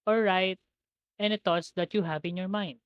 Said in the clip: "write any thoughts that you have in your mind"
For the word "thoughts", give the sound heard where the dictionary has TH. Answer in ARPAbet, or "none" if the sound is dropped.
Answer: T